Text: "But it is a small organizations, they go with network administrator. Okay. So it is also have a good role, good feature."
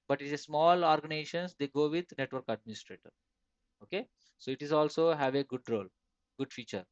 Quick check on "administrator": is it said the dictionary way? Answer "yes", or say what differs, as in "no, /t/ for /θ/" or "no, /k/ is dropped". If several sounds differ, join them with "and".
yes